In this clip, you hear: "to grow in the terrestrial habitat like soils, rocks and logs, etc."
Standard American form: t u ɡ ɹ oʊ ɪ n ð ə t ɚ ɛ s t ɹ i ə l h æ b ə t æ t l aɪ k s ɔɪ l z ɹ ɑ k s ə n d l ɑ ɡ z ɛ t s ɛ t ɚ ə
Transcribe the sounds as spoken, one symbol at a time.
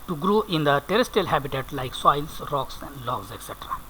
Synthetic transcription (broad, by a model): t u ɡ ɹ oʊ ɪ n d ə t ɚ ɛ s t i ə l h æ b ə t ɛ t l aɪ k s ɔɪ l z ɹ ɑ k s ə n d l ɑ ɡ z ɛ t s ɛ t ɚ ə